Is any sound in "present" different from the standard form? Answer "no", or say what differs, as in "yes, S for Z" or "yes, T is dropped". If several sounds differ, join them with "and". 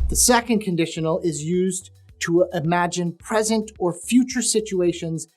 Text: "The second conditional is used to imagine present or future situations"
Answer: no